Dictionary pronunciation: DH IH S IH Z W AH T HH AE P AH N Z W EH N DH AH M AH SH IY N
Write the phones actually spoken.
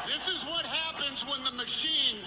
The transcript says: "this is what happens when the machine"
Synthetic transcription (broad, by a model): DH IH S IH Z W AH T HH AE P AH N Z W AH N DH AH M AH SH IY N